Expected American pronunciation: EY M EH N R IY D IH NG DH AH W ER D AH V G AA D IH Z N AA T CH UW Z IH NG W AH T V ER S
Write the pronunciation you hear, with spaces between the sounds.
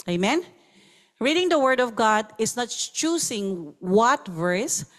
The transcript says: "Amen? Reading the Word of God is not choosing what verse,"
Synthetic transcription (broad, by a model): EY M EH N R IY D IH NG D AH W ER D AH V G AA D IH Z N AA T CH UW S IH NG W AH T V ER S